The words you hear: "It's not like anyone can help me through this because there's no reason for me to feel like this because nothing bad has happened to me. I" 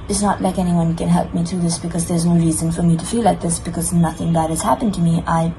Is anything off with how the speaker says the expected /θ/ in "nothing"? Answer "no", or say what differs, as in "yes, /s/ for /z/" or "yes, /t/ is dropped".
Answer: no